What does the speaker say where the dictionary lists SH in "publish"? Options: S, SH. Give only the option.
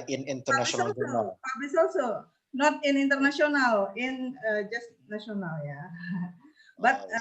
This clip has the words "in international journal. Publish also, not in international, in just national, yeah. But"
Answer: S